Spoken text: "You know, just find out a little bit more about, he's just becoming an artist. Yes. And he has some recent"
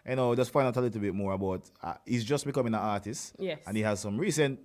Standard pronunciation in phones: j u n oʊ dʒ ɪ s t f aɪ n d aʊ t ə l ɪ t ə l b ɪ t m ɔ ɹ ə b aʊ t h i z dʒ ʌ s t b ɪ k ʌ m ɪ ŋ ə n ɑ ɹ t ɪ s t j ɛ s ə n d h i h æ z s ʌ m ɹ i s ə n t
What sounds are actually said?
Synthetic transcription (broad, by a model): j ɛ n oʊ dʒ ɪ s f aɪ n aʊ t ə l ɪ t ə b ɪ t m ɔ ɹ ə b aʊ t h i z dʒ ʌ s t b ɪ k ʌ m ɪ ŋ ə n ɑ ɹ t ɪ s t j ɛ ə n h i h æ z s ʌ m ɹ i s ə n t